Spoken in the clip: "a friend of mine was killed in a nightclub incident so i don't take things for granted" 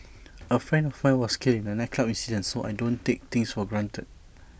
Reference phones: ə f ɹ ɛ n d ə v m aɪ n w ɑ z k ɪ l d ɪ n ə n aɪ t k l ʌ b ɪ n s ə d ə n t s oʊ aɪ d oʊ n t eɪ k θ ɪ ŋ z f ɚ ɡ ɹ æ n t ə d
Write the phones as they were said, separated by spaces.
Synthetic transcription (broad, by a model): ə f ɹ ɛ n d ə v m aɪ w ɑ s k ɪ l ɪ n ə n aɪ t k l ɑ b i n s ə d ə n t s oʊ aɪ d oʊ n t eɪ k t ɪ ŋ s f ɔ ɡ ɹ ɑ n t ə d